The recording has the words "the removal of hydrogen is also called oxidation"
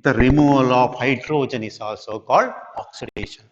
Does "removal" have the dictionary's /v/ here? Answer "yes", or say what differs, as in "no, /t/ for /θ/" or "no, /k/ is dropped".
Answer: no, /v/ is dropped